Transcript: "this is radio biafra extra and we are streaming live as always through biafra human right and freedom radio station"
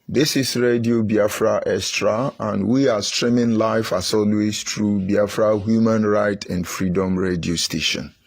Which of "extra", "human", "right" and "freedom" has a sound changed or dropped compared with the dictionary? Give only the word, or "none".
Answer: extra